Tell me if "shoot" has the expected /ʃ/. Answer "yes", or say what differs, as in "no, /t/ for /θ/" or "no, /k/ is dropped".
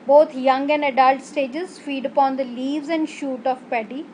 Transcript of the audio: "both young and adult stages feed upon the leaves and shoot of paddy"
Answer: yes